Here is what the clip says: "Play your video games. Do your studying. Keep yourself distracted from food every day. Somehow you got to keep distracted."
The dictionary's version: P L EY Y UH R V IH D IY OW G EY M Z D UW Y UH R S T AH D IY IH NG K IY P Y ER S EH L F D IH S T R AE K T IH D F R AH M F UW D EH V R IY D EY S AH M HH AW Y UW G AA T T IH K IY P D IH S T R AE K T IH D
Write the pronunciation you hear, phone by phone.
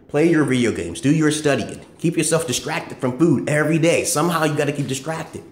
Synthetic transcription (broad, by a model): P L EY Y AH R V IH D IY OW G EY M Z D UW Y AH R S T AH D IY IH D K IY P Y ER S EH L F D IH S T R AE K T IH D F R AH M F UW D EH V R IY D EY S AH M HH AW Y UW G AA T T IH K IY P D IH S T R AE K T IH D